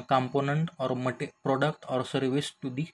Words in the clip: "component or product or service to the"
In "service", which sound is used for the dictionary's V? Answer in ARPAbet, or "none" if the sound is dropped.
V